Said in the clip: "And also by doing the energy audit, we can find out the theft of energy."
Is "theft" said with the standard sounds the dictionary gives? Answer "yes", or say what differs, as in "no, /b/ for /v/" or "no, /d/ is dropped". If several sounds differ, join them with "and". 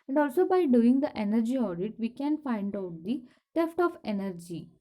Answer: no, /t/ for /θ/